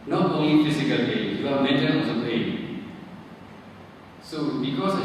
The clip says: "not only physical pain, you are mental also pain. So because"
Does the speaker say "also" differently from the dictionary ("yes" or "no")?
yes